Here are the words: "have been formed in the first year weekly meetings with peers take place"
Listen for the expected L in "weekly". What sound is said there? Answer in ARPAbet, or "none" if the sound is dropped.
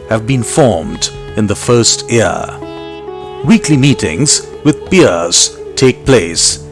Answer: L